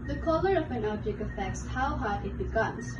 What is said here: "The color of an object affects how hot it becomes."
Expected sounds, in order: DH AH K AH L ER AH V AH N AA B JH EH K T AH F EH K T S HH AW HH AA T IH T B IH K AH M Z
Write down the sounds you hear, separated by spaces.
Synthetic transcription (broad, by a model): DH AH K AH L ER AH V AH N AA JH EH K AH F EH K T S HH AW HH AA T IH T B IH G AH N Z